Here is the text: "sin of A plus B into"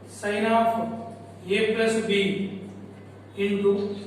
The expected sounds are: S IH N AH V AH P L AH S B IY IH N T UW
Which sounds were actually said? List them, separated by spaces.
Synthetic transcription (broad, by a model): S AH N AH P AH P L AH S B IY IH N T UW